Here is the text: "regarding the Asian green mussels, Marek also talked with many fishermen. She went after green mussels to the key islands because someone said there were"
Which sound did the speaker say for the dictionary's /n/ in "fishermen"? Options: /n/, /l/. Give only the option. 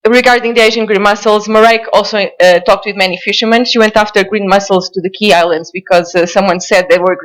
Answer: /n/